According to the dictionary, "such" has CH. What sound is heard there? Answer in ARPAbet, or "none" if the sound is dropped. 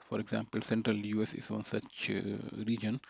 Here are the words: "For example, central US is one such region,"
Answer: CH